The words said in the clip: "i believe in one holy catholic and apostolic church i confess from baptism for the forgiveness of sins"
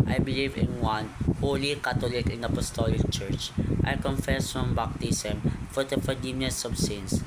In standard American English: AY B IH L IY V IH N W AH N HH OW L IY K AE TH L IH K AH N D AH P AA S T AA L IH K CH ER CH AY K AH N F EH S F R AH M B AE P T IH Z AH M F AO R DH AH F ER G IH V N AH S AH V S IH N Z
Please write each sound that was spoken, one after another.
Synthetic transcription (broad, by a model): AY B IH L IY V IH N W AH N HH OW L IY K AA T L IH K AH N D AH P AA S T AA L IH K CH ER CH AY K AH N F EH S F R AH M B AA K T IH S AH M F AO R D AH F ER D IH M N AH S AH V S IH N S